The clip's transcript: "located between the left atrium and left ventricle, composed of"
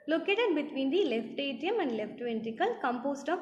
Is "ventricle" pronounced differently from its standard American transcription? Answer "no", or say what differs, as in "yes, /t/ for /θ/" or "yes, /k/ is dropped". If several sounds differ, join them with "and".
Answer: yes, /ɹ/ is dropped